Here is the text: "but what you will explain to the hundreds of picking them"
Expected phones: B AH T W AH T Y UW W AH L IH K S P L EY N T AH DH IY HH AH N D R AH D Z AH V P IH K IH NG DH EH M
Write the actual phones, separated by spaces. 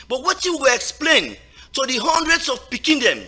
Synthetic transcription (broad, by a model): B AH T W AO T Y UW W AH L IH K S P L EY N T AH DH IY HH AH N D R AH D S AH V P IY K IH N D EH M